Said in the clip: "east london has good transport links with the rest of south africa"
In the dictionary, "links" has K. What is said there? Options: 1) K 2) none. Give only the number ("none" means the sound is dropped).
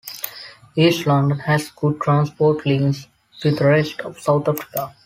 2